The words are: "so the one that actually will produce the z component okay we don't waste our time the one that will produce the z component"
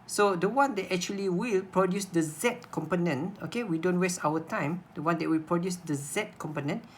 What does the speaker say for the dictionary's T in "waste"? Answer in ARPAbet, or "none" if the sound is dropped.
T